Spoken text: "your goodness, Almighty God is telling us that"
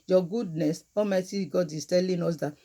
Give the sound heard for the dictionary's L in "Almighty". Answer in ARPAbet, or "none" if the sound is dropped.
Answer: none